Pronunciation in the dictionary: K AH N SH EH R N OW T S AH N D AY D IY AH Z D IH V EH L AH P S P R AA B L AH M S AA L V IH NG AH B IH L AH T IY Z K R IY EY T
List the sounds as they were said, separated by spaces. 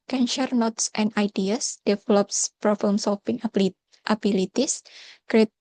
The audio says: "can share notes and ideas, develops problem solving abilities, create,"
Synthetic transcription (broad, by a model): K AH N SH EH R N OW T S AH N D AY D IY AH S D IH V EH L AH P S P R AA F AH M S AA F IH NG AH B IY L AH T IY S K R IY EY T